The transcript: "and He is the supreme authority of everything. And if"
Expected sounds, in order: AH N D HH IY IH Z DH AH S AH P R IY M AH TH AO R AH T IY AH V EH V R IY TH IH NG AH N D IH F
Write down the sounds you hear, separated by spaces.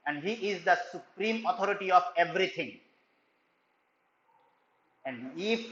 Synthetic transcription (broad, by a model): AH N D HH IY IH Z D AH S AH P R IY M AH T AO R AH T IY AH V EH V R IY T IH NG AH N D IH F